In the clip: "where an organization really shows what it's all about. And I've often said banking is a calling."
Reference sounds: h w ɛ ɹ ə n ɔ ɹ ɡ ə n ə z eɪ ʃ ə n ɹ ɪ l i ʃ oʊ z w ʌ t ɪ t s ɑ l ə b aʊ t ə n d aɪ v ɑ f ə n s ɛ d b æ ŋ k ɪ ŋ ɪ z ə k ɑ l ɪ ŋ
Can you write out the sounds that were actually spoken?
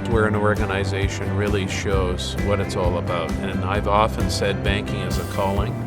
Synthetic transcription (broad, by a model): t w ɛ ɹ ə n ɔ ɹ ɡ ə n ə z eɪ ʃ ə n ɹ ɪ l i ʃ oʊ z w ʌ t ɪ t s ɑ l ə b aʊ t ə n aɪ v ɑ f ə n s ɛ d b æ ŋ k ɪ ŋ ɪ z ə k ɑ l ɪ ŋ